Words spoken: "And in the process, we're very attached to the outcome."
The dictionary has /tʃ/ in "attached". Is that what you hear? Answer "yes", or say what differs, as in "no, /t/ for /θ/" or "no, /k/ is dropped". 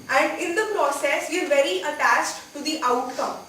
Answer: yes